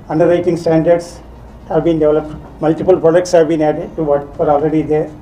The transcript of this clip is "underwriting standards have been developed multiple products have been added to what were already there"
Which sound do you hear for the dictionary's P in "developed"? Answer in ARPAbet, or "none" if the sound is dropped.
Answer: P